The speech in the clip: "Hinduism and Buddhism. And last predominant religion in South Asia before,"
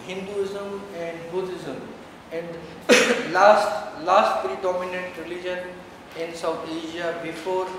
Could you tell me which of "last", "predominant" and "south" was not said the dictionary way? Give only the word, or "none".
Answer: south